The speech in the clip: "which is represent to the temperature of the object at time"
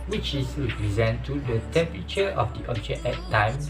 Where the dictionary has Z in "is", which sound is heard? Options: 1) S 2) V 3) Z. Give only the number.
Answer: 1